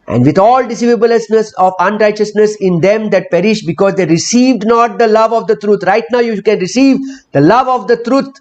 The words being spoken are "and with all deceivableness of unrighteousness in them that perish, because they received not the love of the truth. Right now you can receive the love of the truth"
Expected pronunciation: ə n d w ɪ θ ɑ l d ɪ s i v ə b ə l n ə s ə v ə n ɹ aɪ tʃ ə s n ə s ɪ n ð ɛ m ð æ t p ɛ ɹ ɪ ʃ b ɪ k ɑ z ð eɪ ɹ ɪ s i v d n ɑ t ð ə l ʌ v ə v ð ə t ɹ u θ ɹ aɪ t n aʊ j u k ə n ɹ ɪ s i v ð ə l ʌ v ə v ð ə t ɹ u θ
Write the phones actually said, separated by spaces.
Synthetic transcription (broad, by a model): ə n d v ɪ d ɑ l d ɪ s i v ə b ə l n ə s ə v ə n ɹ aɪ tʃ ə s n ə s ɪ n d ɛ m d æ t p ɛ ɹ ɪ ʃ b ɪ k ɑ z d eɪ ɹ ɪ s i v d n ɑ t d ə l ʌ v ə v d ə t ɹ u t ɹ aɪ t n aʊ j u k ə n ɹ ɪ s i v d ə l ʌ v ə v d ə t ɹ u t